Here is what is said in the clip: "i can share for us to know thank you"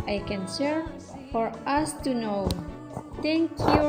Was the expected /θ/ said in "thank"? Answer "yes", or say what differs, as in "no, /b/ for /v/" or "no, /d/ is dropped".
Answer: no, /t/ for /θ/